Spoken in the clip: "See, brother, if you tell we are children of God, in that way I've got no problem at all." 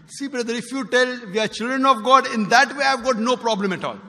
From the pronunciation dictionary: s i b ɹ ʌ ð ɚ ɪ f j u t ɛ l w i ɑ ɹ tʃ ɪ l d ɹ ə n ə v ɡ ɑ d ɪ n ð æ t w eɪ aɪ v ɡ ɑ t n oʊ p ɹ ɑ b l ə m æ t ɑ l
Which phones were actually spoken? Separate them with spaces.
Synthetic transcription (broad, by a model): s i b ɹ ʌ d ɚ ɪ f j u t ɛ l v i ɑ ɹ tʃ ɪ l d ɹ ə n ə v ɡ ɑ d ɪ n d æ t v eɪ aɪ v ɡ ɑ t n oʊ p ɹ ɑ b l ə m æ t ɑ l